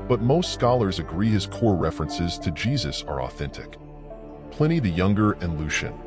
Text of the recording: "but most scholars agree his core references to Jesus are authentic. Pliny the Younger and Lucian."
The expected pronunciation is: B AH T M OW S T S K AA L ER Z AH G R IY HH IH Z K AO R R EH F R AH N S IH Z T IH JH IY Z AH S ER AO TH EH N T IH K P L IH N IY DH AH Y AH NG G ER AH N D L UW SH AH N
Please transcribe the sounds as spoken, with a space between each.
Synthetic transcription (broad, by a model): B AH T M OW S T S K AA L ER Z AH G R IY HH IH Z K AO R R EH F R AH N S IH Z T IH JH IY Z AH S ER AO TH EH N T IH K P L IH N IY DH AH Y AH NG G ER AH N L UW SH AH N